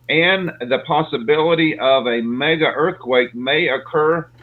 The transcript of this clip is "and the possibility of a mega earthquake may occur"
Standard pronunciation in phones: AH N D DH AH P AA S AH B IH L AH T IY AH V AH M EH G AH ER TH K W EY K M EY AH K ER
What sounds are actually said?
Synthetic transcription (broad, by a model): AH N DH AH P AA S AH B IH L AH T IY AH V AH M EH G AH ER TH K W EY K M EY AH K ER